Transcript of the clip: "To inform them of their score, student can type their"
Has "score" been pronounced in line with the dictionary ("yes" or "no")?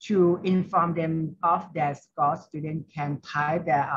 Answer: no